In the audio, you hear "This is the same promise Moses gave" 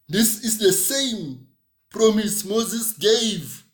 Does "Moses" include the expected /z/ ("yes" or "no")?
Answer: yes